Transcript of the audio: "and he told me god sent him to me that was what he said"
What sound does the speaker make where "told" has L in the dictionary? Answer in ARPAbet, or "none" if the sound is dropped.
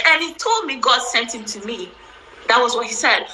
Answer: L